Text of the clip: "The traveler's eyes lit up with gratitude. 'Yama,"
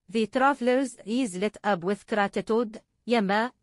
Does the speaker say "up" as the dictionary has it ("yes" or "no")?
no